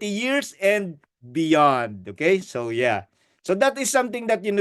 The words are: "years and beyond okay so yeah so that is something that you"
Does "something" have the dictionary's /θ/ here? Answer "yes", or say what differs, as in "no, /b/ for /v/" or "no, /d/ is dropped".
no, /t/ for /θ/